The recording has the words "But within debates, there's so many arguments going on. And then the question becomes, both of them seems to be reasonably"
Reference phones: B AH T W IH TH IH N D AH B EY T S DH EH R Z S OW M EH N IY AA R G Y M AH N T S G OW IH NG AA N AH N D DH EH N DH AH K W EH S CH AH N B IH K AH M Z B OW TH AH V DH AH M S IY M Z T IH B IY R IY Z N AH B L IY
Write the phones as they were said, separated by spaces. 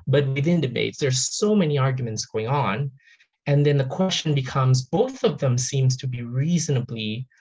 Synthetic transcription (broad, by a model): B AH T W IH TH IH N D AH B EY T S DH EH R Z S OW M EH N IY AA R G Y M AH N T S G OW IH NG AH N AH N DH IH N DH AH K W EH S CH AH N B IH K AH M Z B OW TH AH V DH AH M S IY M Z T IH B IY R IY Z N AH B L IY